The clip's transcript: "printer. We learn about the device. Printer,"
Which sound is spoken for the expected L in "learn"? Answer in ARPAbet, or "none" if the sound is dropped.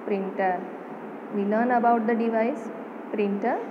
N